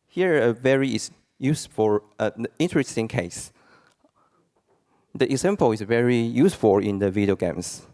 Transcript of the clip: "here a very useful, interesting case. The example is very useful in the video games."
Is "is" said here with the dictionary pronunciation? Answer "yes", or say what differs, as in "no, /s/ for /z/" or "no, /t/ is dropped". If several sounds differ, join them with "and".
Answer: no, /s/ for /z/